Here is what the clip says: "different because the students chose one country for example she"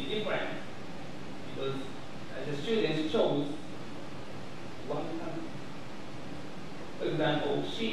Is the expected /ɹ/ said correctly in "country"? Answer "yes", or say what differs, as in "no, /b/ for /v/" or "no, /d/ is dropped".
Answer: no, /ɹ/ is dropped